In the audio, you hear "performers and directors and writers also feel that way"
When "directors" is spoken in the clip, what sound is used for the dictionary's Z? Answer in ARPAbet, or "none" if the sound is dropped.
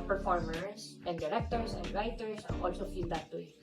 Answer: S